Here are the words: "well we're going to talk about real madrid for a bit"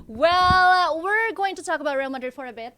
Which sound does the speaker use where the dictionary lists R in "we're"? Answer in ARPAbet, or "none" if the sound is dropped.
R